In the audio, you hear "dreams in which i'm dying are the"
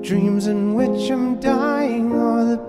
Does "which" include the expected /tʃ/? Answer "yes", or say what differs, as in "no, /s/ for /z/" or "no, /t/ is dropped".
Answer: yes